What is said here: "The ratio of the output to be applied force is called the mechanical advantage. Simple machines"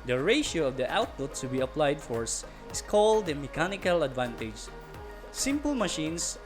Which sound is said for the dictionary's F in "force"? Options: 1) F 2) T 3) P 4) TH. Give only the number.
1